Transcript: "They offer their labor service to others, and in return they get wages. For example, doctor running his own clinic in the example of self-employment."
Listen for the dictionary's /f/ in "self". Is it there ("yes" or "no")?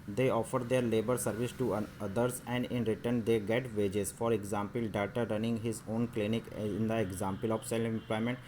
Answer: no